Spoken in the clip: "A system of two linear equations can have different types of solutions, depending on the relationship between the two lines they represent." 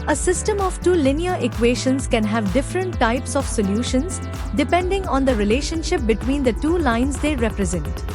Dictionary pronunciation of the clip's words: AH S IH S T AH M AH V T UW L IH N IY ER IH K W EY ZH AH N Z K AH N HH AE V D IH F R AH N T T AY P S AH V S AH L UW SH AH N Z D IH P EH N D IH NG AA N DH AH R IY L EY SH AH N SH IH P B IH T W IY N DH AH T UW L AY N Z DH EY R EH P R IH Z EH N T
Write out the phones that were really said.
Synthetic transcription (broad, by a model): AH S IH S T AH M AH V T UW L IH N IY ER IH K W EY SH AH N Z K AH N HH AE V D IH F R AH N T T AY P S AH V S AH L UW SH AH N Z D IH P EH N D IH NG AA N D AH R IY L EY SH AH N SH IH P B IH T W IY N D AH T UW L AY N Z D EY R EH P R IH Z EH N T